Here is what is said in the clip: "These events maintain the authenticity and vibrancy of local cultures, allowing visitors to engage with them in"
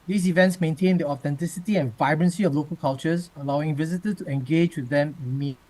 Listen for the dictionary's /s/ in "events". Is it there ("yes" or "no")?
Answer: yes